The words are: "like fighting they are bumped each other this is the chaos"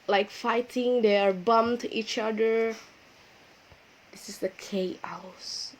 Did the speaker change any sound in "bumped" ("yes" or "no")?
yes